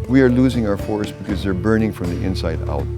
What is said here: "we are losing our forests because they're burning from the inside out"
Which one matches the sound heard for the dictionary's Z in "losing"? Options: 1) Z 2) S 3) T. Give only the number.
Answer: 1